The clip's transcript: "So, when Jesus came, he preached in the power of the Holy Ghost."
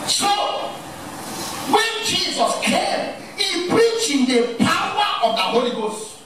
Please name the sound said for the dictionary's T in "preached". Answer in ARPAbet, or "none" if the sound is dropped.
none